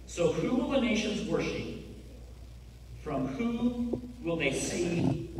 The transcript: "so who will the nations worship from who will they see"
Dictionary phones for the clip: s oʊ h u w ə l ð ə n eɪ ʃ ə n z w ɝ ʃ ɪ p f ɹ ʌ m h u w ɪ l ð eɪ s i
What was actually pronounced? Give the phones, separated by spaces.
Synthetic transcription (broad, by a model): s oʊ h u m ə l ð ə n eɪ ʃ ə n z w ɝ ʃ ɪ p f ɹ ʌ m h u w ɪ l ð eɪ s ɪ